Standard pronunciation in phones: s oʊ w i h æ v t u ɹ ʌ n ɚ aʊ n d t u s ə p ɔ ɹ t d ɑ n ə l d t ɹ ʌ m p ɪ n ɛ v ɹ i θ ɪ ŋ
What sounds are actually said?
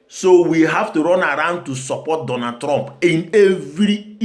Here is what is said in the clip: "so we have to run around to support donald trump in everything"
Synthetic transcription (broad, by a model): s oʊ w i h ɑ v t u ɹ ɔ n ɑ aʊ n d t u s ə p ɔ t d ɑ n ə d t ɹ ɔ m p ɪ n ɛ v ɹ i